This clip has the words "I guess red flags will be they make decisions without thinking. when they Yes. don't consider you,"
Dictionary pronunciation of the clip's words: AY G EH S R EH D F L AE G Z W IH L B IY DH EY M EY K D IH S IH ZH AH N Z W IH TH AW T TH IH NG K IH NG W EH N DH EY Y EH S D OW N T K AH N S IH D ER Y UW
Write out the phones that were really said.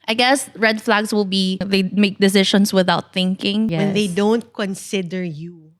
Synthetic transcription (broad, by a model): AY G EH S R EH D F L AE G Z W IH L B IY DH EY M EY K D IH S IH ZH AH N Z W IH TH AW T TH IH NG K IH NG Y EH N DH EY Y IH D OW N T K AH N S IH D ER Y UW